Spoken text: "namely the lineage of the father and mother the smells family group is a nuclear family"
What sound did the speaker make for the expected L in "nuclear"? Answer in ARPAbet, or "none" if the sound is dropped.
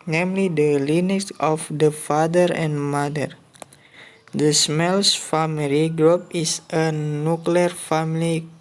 L